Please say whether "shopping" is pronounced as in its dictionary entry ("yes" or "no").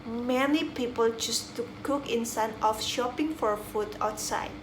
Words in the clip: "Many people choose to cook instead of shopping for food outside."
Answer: yes